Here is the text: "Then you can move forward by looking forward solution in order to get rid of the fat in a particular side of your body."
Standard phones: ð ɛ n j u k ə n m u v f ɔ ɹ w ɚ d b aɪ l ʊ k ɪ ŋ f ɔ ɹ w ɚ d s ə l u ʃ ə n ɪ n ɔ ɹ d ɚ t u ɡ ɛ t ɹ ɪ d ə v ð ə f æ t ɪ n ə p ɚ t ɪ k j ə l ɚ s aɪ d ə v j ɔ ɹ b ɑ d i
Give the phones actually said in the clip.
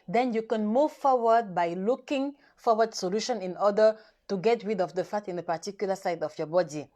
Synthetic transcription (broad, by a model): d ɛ n j u k ə n m u v f ɔ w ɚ d b aɪ l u k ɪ ŋ f ɔ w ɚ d s ə l u ʃ ə n ɪ n ɔ d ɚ t u ɡ ɛ t w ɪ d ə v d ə f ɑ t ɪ n ə p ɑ t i k j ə l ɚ s aɪ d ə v j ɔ b ɑ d i